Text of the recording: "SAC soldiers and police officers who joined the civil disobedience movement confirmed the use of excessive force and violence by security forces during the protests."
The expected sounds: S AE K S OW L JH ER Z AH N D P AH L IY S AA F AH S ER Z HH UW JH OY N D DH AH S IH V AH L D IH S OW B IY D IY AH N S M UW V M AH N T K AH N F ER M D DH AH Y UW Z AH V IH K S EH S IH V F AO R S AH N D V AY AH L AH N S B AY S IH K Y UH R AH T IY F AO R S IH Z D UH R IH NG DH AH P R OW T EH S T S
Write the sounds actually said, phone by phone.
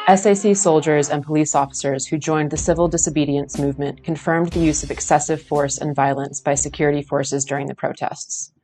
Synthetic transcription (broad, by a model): S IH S S OW L JH ER Z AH N P AH L IY S AA F AH S ER Z HH UW JH OY N DH AH S IH V L D IH S OW B IY D IY AH N S M UW V M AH N K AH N F ER M DH AH Y UW Z AH V IH K S EH S IH V F AO R S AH N V AY AH L AH N S B AY S IH K Y UH R AH T IY F AO R S IH Z D UH R IH NG DH AH P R OW T EH S T S